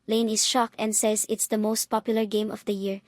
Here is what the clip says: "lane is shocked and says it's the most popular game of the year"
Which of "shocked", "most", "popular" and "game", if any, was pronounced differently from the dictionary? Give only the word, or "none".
shocked